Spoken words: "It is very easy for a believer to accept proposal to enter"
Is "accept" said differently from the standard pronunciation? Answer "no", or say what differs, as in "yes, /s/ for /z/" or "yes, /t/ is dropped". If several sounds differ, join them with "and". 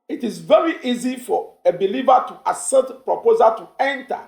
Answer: yes, /k/ is dropped and /p/ is dropped